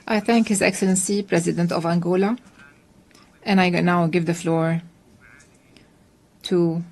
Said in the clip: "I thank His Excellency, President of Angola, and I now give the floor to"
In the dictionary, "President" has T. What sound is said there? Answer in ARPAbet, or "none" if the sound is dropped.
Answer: T